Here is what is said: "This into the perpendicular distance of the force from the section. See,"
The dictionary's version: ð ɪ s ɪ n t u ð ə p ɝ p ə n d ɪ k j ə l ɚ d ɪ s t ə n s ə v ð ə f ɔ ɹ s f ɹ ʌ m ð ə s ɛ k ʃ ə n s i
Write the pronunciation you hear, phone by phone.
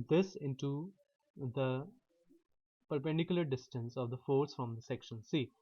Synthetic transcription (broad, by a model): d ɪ s ɪ n t u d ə p ɝ p ə n d ɪ k j ə l ɚ d ɪ s t ə n s ə v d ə f ɔ ɹ s f ɹ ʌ m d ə s ɛ k ʃ ə n s i